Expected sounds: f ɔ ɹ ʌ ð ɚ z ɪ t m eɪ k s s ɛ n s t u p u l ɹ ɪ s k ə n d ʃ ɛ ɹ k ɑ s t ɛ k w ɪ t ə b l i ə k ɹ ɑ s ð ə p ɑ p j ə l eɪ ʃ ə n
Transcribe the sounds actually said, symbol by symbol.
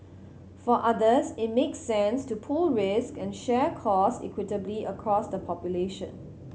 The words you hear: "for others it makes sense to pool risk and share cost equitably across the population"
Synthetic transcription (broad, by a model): f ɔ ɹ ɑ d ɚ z ɪ t m eɪ k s s ɛ n s t u p u l ɹ ɪ s k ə n ʃ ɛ k ɑ s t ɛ k w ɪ t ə b l i ə k ɹ ɑ s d ə p ɑ p j ə l eɪ ʃ ə n